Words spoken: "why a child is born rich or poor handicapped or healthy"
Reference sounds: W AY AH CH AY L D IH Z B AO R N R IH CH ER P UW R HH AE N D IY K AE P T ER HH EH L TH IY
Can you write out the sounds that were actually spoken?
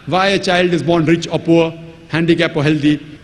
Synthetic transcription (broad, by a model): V AY AH CH AY L D IH Z B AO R N R IH CH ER P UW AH HH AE N D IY K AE P ER HH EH L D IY